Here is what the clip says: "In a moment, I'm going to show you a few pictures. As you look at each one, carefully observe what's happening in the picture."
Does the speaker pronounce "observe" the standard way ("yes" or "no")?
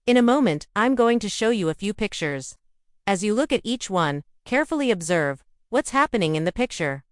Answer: yes